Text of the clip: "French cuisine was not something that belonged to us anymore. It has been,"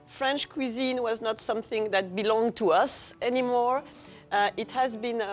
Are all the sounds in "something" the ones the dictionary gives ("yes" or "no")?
yes